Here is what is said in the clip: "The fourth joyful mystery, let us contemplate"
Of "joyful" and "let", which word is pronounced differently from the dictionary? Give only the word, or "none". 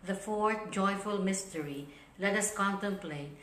none